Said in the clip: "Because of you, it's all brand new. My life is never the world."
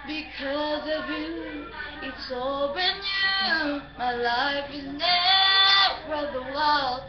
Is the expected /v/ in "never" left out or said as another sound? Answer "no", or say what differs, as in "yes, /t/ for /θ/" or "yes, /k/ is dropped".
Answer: yes, /f/ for /v/